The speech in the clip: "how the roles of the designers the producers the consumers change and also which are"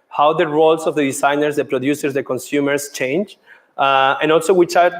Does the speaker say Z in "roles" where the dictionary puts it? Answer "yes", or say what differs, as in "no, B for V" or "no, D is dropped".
no, S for Z